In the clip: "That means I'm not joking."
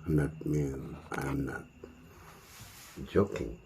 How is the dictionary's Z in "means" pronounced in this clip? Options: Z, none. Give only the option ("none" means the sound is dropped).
none